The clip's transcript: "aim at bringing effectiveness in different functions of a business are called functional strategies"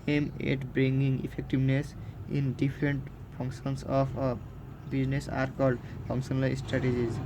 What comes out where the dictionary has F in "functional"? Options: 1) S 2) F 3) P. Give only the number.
3